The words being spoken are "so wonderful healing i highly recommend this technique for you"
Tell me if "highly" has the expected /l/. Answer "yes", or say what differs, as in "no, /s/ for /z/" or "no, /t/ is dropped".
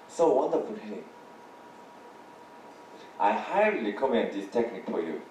no, /l/ is dropped